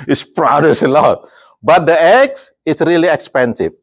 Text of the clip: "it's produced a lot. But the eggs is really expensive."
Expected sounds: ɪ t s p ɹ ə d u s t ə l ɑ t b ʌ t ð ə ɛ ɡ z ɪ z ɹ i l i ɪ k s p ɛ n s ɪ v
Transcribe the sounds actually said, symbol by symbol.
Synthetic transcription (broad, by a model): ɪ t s p ɹ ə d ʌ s ə l ɑ t b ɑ t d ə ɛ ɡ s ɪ s ɹ i l i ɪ k s p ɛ n s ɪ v